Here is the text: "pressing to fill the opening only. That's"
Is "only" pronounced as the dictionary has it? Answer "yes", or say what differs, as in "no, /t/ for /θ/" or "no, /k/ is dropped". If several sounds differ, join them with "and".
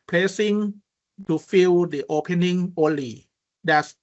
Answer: yes